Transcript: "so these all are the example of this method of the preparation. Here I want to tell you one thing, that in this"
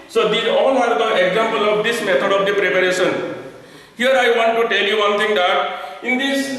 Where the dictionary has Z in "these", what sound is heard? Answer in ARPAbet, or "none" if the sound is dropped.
none